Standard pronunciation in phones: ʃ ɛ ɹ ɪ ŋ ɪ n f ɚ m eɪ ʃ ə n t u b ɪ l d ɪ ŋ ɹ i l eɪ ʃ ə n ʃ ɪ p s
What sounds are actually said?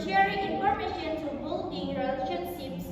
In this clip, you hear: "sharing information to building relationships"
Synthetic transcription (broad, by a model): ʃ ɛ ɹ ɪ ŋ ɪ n p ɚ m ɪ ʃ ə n t u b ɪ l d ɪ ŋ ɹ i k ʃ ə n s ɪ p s